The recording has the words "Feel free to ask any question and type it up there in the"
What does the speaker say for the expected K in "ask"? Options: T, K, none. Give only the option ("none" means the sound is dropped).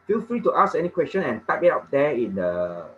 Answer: none